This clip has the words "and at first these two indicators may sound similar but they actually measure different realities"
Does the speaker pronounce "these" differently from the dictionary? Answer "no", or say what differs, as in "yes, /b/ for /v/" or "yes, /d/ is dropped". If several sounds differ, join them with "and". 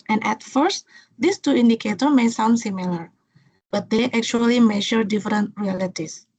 yes, /s/ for /z/